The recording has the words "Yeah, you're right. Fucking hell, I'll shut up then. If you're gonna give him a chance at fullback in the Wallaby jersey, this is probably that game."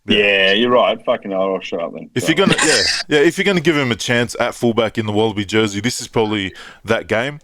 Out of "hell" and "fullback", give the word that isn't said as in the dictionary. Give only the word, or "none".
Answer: hell